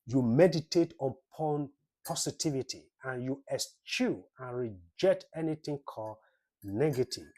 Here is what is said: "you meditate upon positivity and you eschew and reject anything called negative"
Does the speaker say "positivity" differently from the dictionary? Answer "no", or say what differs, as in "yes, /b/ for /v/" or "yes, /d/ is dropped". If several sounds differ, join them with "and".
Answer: yes, /s/ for /z/